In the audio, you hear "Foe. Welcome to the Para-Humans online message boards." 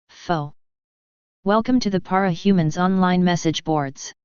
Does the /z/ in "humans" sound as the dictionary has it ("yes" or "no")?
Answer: yes